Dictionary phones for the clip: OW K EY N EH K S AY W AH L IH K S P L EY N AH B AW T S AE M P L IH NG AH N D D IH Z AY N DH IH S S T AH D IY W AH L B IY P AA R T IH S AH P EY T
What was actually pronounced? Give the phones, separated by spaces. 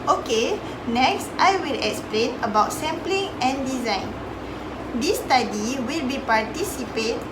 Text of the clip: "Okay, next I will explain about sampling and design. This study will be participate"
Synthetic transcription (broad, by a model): OW K EY N EH K S AY W AH L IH K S P L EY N AH B AW T S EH M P L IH NG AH N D D IH Z AY N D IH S S T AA D IY W AH L B IY P AA R T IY S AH P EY T